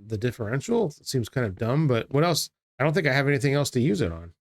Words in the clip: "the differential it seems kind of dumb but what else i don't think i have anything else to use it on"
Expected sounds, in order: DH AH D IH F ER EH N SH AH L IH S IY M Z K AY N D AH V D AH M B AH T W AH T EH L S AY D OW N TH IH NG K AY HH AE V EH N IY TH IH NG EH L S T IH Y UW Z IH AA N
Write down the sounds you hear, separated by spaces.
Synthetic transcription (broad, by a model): DH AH D IH F ER EH N SH L S IY M Z K AY N D AH V D AH M B AH T W AH T EH L S AY D OW N TH IH NG K AY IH V EH N IY TH IH NG EH L S T IH Y UW Z IH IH N